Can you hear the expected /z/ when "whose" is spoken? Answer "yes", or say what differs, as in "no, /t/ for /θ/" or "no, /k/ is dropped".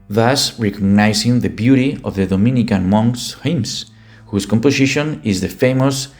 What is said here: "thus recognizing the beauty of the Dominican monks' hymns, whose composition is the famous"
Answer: no, /s/ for /z/